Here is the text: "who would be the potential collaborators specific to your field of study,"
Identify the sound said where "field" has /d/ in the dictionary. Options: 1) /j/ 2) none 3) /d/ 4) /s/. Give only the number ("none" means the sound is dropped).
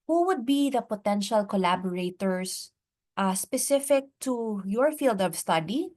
3